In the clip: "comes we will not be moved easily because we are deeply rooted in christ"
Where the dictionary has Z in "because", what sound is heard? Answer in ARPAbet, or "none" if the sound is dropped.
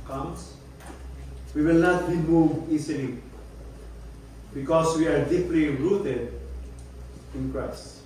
S